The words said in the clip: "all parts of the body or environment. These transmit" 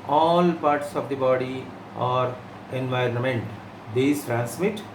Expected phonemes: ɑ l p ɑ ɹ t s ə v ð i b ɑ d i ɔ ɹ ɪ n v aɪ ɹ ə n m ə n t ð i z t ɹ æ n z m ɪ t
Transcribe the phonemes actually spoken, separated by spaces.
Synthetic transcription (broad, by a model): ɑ l p ɑ ɹ t s ə v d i b ɑ d i ɔ ɹ ɪ n v aɪ ɹ ə n m ə n t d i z t ɹ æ n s m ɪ t